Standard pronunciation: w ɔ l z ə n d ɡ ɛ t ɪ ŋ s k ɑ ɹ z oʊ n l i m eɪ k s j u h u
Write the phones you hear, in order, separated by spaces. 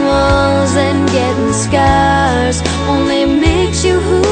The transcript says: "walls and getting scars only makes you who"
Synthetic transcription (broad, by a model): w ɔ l z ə n ɡ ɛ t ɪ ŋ s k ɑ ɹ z oʊ n l i m eɪ k s j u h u